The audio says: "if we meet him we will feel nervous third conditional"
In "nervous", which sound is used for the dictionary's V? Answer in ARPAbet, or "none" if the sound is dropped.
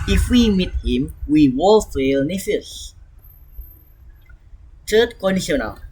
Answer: F